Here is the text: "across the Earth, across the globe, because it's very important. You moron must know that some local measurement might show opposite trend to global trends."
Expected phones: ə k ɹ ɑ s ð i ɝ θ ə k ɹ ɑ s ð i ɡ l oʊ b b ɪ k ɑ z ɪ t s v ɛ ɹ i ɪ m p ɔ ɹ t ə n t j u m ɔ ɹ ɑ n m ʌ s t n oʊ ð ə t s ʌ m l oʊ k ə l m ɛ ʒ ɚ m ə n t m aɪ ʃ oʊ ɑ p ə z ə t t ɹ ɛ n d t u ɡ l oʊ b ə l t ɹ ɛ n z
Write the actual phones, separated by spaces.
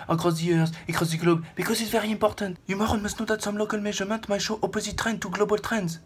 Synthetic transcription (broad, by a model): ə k ɹ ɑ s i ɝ s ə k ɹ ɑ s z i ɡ l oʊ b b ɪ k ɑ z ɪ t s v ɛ ɹ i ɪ p ɔ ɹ t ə t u m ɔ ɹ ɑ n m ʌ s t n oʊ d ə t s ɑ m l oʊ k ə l m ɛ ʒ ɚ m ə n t m aɪ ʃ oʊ ɑ p ə z ə t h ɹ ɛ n t u ɡ l oʊ b ə l t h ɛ n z